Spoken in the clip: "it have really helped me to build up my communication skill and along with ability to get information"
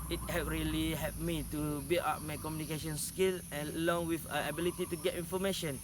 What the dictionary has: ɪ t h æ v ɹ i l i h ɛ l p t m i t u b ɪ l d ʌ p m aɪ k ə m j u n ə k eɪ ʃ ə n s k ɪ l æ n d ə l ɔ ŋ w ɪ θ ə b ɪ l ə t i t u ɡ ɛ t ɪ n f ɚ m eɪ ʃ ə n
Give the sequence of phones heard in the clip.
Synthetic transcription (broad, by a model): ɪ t h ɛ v ɹ i l i h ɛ p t m i t u b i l ɑ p m aɪ k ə m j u n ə k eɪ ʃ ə n s k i l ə l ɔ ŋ w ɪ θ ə b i l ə t i t u ɡ ɛ t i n f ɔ m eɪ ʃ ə n